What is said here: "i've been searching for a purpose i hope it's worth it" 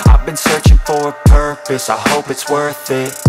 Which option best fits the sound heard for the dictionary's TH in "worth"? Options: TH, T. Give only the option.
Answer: TH